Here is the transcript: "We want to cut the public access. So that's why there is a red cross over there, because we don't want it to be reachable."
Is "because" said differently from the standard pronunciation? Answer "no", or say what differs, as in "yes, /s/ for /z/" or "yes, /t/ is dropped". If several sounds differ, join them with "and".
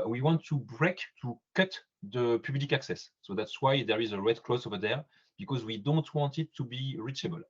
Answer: no